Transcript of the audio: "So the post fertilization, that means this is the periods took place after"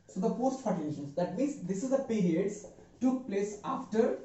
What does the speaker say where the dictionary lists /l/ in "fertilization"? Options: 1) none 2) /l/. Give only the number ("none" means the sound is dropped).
1